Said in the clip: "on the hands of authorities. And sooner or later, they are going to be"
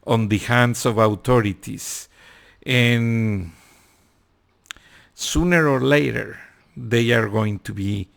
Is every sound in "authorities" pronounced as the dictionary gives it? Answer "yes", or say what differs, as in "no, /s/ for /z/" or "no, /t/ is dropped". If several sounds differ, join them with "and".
no, /t/ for /θ/ and /s/ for /z/